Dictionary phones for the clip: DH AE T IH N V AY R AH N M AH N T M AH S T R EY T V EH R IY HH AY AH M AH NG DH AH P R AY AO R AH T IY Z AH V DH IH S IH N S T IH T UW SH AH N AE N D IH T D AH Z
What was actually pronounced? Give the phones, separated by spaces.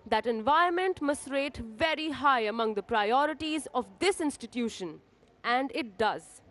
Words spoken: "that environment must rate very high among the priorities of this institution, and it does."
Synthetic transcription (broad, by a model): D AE T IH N V AY AH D M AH N T M AH S T R EY T V EH R IY HH AY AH M AH NG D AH P R AY AO R AH T IY Z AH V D IH S IH N S T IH T UW SH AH N AE N D IH T D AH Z